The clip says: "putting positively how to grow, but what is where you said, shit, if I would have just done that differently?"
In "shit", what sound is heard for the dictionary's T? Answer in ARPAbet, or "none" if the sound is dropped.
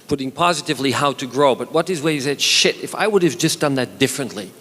T